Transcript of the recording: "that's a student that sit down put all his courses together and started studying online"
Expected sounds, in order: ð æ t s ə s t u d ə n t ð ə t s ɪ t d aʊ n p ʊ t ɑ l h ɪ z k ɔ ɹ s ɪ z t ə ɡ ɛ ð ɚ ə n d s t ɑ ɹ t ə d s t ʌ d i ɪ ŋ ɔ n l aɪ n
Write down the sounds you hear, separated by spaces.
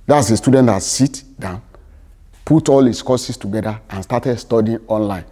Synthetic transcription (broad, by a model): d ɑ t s ə s t u d ə n t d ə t s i t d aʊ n p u t ɑ l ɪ s k ɔ s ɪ s t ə ɡ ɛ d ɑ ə n s t ɑ t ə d s t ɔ d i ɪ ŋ ɔ n l aɪ n